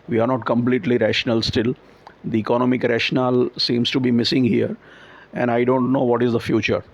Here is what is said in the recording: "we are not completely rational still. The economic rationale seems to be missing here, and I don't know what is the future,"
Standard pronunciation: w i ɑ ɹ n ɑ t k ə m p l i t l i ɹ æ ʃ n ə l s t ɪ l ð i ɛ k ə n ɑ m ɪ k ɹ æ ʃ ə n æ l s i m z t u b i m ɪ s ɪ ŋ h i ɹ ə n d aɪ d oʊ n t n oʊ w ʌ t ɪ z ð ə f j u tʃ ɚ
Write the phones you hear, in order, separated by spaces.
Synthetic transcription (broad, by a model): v i ɑ ɹ n ɑ t k ə m p l i t l i ɹ æ ʃ n ə l s t ɪ l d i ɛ k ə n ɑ m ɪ k ɹ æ ʃ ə n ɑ l s i m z t u b i m ɪ s ɪ ŋ h i ɹ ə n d aɪ d oʊ n t n oʊ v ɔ t ɪ z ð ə f j u tʃ ɚ